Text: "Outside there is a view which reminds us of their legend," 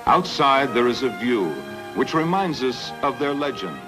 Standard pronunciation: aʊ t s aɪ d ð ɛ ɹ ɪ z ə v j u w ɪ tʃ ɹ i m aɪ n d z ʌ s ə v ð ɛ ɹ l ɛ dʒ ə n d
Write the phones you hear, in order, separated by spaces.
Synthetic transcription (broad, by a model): aʊ t s aɪ d ð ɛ ɹ ɪ z ə v j u w ɪ tʃ ɹ i m aɪ n d z ʌ s ə v ð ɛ ɹ l ɛ dʒ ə n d